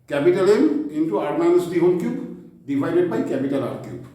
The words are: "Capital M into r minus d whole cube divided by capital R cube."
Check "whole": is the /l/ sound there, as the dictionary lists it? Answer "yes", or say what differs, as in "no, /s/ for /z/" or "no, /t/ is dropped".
no, /n/ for /l/